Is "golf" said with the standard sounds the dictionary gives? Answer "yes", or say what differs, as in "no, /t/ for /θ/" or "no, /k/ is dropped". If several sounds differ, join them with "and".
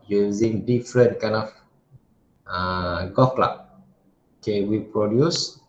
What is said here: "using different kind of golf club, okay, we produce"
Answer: no, /l/ is dropped